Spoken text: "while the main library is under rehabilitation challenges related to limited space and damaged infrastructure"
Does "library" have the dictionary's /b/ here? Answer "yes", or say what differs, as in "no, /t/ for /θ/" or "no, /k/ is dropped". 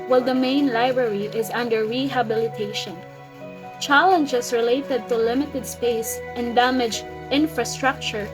yes